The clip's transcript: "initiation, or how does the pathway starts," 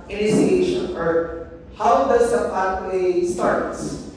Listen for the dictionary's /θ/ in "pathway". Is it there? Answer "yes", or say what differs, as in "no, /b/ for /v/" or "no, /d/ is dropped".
no, /t/ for /θ/